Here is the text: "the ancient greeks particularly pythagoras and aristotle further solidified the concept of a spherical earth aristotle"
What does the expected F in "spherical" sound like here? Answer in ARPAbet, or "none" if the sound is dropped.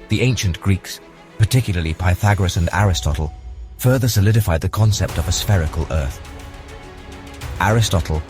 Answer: F